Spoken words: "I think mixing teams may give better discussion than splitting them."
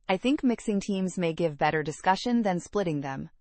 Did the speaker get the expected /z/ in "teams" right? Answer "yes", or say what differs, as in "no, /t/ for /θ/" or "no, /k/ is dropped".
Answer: yes